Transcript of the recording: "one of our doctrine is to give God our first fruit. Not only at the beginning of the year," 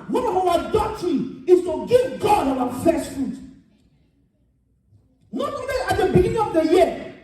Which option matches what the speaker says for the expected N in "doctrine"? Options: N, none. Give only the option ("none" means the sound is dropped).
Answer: none